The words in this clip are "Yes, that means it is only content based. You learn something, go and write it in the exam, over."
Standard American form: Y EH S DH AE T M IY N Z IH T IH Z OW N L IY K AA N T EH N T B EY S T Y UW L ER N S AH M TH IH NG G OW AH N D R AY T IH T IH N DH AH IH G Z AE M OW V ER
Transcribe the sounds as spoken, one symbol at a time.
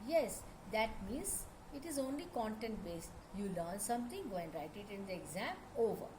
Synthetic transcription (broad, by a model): Y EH S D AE T M IY N Z IH T IH Z OW N L IY K AA N T EH N T B EY S T Y UW L ER N S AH M T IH NG G OW AH N D R AY T IH T IH N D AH IH G Z AE M OW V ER